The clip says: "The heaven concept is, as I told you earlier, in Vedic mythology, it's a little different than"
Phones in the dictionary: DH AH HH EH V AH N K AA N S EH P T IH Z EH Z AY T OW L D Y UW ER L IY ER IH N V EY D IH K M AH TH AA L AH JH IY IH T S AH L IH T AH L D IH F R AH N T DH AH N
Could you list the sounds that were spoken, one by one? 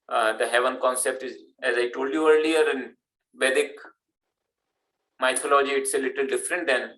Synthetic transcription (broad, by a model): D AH HH EH V AH N K AA N S EH P T IH Z EH Z AY T OW L D Y UW ER L IY ER IH N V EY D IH K M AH T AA L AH JH IY IH T S AH L IH T AH L D IH F R AH N T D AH N